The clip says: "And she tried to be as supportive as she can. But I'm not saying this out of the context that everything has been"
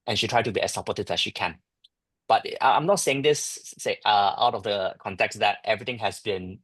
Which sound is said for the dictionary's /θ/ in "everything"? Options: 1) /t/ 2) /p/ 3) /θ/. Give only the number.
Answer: 1